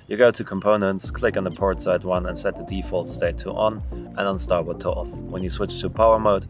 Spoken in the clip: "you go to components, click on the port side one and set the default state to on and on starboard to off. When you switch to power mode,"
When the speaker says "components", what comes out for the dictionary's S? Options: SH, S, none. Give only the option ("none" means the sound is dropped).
S